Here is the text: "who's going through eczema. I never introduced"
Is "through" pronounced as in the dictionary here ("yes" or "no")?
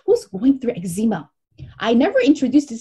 yes